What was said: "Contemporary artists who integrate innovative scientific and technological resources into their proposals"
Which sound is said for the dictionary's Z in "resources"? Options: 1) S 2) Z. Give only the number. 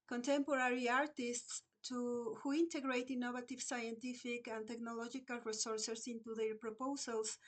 1